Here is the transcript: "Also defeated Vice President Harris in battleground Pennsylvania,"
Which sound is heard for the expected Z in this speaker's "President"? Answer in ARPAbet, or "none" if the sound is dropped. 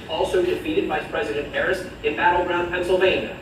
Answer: Z